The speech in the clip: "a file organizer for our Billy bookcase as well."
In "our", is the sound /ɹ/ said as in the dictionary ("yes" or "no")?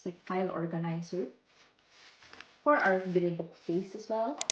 no